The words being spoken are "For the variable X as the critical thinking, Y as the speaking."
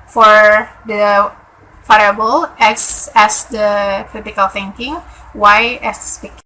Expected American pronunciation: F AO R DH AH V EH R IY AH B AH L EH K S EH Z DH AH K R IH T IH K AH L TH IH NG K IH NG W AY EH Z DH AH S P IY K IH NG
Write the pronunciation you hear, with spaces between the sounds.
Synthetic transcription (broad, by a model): F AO R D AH F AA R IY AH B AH L EH K S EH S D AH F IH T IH K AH L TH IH NG K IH NG W AY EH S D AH S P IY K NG